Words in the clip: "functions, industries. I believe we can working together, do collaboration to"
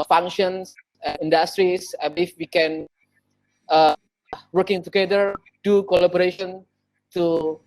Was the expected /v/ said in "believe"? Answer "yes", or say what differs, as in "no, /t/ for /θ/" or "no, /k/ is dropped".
no, /f/ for /v/